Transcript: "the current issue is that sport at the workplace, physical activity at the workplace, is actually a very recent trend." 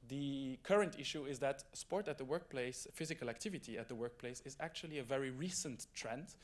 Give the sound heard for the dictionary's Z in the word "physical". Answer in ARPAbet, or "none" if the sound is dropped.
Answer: Z